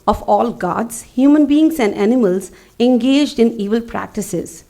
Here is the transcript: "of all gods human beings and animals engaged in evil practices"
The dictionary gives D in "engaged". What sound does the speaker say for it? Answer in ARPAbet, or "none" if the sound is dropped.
D